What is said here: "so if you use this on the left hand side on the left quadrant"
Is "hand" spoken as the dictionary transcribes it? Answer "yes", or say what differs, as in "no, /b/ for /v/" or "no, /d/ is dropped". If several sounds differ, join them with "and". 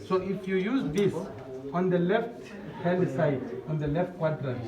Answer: no, /l/ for /n/